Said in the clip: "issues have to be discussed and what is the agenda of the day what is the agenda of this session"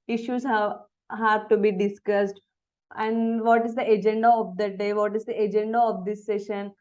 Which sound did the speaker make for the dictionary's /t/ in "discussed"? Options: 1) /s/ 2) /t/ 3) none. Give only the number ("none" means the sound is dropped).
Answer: 2